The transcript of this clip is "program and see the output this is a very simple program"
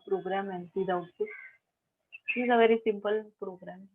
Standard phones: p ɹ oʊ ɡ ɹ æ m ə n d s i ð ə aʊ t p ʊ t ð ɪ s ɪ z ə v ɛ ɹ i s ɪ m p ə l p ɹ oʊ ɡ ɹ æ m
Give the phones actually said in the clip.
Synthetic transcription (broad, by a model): p ɹ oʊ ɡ ɹ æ m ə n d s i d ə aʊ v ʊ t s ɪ ɪ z ə v ɛ ɹ i s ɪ m p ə l p ɹ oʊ ɡ ɹ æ m